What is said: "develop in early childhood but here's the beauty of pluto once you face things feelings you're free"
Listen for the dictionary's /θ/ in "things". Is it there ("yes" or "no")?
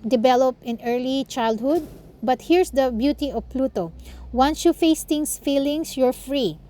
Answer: no